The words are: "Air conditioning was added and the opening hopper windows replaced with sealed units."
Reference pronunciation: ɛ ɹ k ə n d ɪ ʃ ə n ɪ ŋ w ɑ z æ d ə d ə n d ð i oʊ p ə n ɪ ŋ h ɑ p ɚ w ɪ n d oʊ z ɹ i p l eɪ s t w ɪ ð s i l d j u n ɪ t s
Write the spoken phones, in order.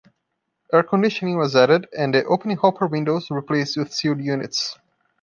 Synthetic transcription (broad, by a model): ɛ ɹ k ə n d ɪ ʃ ə n ɪ ŋ w ɑ z æ d ə d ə n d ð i oʊ p ə n ɪ ŋ h ɑ p ɚ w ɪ n d oʊ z ɹ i p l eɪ s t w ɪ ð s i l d j u n ɪ t s